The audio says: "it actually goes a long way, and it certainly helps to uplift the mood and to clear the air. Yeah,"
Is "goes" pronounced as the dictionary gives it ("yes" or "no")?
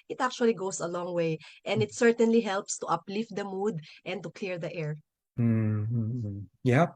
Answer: no